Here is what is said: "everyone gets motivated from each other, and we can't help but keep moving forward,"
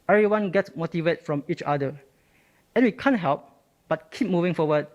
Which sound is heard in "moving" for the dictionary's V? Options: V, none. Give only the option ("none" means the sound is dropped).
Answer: V